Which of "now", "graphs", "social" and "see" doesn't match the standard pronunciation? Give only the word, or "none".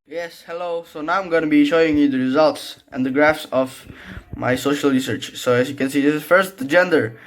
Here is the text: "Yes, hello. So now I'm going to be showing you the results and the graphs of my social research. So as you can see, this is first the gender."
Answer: none